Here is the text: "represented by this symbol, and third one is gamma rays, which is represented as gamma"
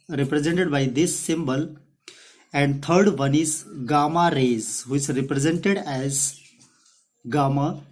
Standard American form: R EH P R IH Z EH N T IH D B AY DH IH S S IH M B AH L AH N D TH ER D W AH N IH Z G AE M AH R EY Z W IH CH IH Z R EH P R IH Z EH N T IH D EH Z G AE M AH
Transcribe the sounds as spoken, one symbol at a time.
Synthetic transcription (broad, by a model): R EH P R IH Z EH N T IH D B AY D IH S S IH M B AH L AH N D T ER D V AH N IH Z G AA M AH R EY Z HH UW IH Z R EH P R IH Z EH N T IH D EH Z G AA M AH